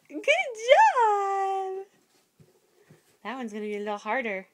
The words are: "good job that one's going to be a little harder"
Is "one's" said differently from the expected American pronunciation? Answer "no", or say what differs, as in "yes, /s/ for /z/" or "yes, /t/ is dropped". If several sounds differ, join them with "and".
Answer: no